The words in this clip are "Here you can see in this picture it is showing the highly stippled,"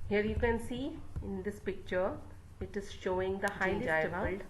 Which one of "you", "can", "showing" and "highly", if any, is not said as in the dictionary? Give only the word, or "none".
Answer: highly